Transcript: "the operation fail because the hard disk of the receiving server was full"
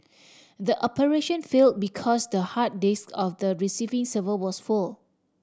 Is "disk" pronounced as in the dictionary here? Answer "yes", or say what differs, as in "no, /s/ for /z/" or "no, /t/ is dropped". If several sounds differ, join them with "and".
yes